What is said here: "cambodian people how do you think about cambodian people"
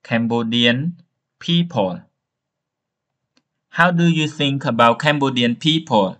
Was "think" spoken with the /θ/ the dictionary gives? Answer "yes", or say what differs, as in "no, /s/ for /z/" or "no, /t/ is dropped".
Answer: no, /s/ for /θ/